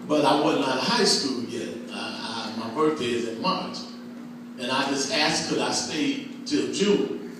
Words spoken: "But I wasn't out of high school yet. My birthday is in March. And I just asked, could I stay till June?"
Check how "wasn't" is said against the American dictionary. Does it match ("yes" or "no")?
no